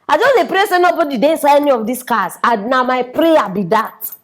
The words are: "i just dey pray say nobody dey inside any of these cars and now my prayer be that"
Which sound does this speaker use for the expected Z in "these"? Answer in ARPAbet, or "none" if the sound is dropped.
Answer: S